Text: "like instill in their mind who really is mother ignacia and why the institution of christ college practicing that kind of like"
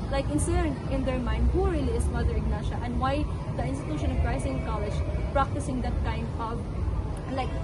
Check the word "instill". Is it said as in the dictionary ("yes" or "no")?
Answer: no